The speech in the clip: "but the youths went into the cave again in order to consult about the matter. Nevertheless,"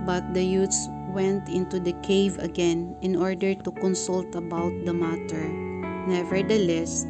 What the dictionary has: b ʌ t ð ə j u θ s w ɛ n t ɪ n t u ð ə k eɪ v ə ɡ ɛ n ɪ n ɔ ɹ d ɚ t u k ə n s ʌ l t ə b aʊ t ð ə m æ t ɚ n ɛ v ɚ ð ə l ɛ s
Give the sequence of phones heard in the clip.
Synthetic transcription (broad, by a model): b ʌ t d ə j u t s w ɛ n t ɪ n t u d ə k eɪ v ə ɡ ɛ n ɪ n ɔ ɹ d ɚ t u k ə n s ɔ l t ə b aʊ t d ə m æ t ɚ n ɛ v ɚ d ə l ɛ s